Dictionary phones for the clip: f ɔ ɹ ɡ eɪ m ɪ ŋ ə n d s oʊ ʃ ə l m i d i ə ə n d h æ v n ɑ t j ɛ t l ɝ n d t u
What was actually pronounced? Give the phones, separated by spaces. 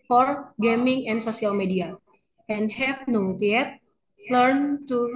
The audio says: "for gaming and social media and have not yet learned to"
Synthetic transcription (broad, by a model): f ɔ ɹ ɡ eɪ m ɪ ŋ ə n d s oʊ s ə l m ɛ d i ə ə n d h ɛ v n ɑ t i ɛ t l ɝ n t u